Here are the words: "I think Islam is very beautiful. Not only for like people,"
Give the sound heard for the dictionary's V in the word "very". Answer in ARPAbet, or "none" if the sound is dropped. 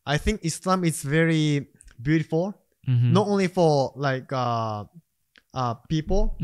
V